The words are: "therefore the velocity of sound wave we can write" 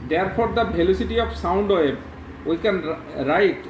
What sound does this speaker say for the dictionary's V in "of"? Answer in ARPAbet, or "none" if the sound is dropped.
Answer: P